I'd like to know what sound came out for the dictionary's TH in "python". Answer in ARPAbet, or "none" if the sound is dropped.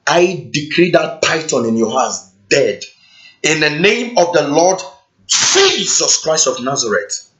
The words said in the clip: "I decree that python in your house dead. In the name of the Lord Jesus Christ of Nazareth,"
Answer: T